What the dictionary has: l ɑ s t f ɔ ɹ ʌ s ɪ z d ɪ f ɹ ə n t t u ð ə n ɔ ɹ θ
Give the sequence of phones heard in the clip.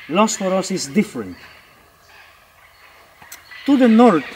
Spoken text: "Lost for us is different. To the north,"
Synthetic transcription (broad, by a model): l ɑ s f ɔ ɹ ʌ s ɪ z d ɪ f ɹ ə n t t u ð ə n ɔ ɹ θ